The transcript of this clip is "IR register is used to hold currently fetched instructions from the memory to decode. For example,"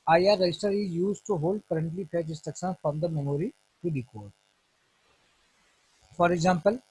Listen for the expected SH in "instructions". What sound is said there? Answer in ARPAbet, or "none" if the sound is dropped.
S